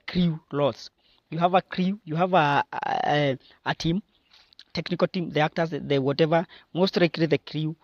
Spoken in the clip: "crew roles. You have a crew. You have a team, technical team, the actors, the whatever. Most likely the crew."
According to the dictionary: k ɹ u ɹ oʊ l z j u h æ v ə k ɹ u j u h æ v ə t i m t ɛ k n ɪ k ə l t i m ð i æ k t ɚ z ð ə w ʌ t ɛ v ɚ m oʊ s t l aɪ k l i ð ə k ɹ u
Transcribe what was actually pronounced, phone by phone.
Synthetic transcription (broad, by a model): k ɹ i l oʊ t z j u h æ v ə k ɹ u j u h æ v ə t i m t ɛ k n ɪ k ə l t i m ð i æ k t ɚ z ð ə w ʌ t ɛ v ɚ m oʊ s t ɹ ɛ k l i ð ə k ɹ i